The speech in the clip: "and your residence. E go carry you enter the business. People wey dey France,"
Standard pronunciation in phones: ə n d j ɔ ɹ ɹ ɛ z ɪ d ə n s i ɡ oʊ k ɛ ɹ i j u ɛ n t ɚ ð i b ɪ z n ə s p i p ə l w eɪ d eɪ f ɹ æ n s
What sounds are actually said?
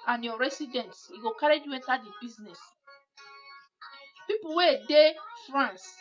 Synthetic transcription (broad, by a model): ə n j ɔ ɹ ɹ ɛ s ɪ d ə n s i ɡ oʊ k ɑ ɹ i j u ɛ n t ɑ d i b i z n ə s p i p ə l w eɪ d eɪ f ɹ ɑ n s